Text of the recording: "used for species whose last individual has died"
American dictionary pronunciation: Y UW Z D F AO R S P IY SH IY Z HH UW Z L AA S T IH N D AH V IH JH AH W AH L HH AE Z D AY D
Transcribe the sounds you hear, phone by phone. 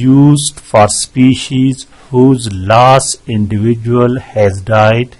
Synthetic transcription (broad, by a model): Y UW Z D F AO R S P IY SH IY Z HH UW Z L AA S T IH N D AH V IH JH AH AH L HH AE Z D AY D